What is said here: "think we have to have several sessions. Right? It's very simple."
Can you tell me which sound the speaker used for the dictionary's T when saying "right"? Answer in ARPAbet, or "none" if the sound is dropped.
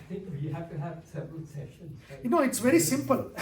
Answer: none